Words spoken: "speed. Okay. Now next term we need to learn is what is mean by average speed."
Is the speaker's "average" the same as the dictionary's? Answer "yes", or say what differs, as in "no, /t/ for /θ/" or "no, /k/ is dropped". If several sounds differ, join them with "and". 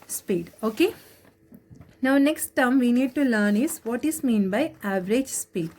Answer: yes